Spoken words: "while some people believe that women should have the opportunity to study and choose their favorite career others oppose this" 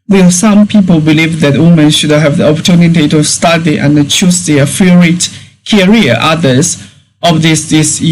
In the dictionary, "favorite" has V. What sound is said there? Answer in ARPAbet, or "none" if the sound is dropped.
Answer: none